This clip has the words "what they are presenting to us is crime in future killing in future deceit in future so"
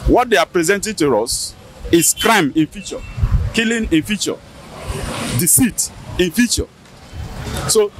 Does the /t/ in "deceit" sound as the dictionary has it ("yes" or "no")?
yes